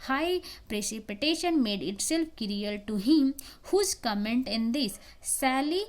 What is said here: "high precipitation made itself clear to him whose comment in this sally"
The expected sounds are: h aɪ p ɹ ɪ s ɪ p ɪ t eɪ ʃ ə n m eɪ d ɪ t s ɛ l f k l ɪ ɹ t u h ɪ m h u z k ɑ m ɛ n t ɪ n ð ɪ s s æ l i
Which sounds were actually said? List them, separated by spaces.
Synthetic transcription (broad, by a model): h aɪ p ɹ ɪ s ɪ p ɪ t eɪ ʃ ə n m eɪ d ɪ t s ɛ l f k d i l t u h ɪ m h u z k ɑ m ɛ n t ɪ n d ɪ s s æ l i